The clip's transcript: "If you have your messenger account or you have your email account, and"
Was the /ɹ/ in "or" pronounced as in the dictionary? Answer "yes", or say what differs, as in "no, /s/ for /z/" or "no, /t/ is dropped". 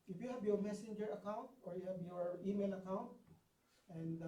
yes